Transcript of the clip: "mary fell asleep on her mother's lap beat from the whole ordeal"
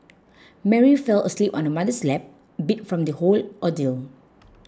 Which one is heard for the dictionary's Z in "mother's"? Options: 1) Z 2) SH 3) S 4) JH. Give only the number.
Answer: 3